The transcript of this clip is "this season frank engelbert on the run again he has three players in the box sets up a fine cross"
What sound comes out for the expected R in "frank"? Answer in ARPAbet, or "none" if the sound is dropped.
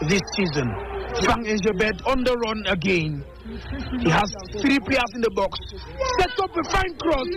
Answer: none